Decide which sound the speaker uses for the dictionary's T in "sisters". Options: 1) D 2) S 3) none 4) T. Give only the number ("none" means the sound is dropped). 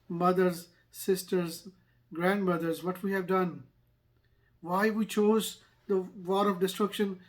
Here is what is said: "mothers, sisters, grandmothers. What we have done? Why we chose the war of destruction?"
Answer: 4